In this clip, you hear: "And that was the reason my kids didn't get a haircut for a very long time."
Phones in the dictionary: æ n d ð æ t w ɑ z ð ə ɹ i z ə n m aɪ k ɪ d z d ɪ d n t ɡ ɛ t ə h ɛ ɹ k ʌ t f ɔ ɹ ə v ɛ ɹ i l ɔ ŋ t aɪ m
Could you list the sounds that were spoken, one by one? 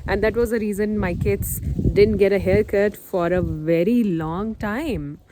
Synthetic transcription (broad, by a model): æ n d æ t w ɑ z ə ɹ i z ə n m aɪ k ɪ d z d ɪ d n t ɡ ɛ t ə h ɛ l k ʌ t f ɔ ɹ ə v ɛ ɹ i l ɔ ŋ t aɪ m